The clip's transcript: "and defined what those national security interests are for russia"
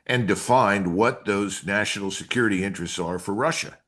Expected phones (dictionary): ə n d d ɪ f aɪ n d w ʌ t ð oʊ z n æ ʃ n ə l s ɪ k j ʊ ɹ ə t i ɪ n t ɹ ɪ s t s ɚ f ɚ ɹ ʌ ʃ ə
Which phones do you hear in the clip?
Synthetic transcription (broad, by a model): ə n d d ɪ f aɪ n d w ʌ t ð oʊ z n æ ʃ n l s ɪ k j ʊ ɹ ə t i ɪ n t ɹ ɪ s t s ɚ f ɚ ɹ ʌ ʃ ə